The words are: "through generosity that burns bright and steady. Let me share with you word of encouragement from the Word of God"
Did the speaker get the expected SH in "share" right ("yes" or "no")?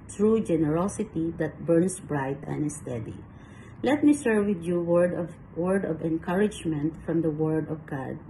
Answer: no